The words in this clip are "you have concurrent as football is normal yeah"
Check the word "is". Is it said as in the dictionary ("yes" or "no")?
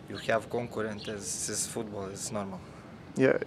no